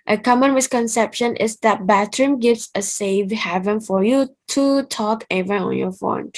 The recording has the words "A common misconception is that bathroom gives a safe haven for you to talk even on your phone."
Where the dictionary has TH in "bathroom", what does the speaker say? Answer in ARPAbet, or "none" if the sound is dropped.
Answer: T